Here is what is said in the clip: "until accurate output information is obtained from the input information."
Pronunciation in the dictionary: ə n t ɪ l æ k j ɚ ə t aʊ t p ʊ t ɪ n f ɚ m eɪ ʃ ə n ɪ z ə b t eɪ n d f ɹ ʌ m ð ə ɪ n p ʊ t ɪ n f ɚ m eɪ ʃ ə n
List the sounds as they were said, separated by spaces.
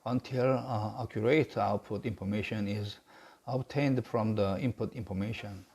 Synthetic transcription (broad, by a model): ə n t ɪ l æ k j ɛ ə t aʊ t p ʊ t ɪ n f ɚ m eɪ ʃ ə n ɪ z ə b t eɪ n d f ɹ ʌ m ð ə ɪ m p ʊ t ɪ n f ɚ m eɪ ʃ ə n